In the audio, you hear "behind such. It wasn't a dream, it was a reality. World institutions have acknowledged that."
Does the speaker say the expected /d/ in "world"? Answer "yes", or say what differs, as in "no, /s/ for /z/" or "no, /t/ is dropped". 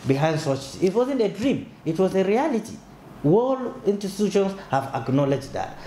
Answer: no, /d/ is dropped